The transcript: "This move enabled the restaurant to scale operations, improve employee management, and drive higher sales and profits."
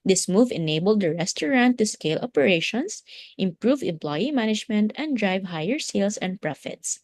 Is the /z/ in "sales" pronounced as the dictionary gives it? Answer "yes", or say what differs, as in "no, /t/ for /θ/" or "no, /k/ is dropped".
no, /s/ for /z/